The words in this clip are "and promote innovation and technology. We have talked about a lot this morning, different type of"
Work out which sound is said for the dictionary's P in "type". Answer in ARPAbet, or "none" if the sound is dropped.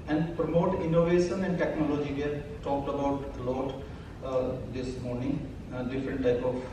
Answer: P